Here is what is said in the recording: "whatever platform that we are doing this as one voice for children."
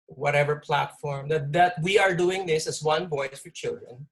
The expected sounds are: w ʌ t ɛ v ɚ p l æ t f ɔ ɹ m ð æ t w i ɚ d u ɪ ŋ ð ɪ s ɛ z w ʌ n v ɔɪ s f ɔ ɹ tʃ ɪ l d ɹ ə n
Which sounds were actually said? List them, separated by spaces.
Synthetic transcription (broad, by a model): w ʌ t ɛ v ɚ p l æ t f ɔ ɹ m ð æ t w i ɚ d u ɪ ŋ ð ɪ s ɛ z w ʌ n b ɔɪ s f ɔ ɹ tʃ ɪ l d ɹ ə n